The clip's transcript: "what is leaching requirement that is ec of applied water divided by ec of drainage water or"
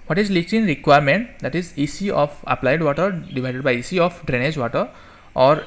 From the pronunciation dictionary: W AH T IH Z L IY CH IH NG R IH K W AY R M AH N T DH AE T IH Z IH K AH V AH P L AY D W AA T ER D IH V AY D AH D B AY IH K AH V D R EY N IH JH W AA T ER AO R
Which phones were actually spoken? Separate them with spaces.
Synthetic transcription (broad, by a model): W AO T IH Z L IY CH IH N R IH K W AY R M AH N T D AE T IH Z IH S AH P AH P L AY D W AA T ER D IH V AY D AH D B AY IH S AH P D R EY N IH JH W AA T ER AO R